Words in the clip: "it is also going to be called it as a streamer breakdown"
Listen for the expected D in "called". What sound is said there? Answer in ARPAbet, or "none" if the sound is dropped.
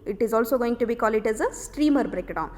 none